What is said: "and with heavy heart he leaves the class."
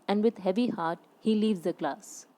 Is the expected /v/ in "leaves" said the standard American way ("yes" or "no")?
yes